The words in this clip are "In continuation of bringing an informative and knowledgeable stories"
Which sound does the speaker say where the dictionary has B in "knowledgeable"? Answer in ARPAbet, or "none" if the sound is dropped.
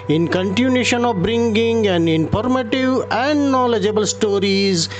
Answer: B